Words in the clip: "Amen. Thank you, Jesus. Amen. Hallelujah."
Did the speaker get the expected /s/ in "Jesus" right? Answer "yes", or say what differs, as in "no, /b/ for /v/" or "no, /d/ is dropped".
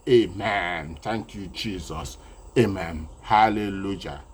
yes